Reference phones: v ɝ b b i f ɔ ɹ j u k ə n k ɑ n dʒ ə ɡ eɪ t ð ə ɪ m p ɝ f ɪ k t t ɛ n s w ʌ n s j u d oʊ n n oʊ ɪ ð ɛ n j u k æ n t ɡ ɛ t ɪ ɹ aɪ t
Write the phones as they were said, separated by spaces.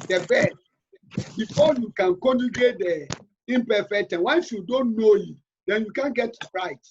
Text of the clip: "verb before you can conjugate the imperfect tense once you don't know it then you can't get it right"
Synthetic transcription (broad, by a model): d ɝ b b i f ɔ j u k ə n k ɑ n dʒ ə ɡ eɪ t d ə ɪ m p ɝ f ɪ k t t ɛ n w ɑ n s j u d oʊ n n oʊ ɪ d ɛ n j u k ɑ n ɡ ɛ t ɹ aɪ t